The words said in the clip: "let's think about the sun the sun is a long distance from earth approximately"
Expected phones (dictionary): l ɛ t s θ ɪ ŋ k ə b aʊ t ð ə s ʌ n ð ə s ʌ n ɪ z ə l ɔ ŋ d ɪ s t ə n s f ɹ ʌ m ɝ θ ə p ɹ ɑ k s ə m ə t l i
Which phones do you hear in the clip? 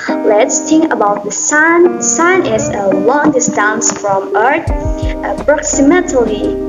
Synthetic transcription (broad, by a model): l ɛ t s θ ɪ ŋ k ə b aʊ t ð ə s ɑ n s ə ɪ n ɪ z ə l ɔ ŋ d ɪ s t ə n s f ɹ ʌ m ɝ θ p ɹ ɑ k s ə m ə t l i